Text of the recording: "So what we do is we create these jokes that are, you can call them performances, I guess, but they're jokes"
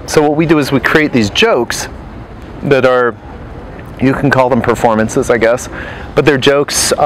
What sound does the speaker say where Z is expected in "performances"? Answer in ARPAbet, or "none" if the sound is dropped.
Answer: Z